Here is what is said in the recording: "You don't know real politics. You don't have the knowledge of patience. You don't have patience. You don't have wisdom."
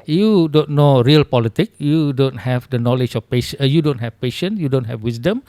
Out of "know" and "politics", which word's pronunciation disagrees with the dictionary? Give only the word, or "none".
politics